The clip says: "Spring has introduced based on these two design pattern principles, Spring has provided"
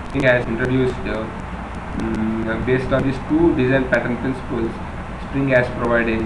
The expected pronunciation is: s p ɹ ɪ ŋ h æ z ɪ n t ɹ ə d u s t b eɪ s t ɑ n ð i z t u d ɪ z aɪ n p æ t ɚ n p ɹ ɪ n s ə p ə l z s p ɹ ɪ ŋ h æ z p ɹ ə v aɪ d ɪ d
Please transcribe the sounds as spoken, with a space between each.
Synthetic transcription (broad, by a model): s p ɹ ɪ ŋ h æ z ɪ n t ɹ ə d u s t b eɪ s t ɑ n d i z t u d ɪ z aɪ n p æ t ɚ n p ɹ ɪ n s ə p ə l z s p ɹ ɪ ŋ h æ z p ɹ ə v aɪ d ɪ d